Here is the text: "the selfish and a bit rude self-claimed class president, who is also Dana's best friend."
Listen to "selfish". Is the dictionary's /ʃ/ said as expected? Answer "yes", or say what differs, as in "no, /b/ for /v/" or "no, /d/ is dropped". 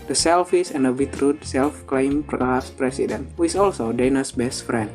no, /s/ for /ʃ/